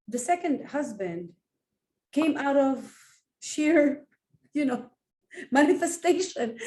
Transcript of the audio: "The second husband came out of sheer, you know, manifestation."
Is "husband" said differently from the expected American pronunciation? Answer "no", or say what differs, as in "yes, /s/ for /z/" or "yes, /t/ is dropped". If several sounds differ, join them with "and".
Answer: no